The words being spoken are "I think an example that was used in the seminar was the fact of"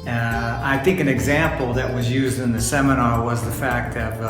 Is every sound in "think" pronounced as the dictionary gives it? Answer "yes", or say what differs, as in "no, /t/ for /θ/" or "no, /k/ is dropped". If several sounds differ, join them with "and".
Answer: yes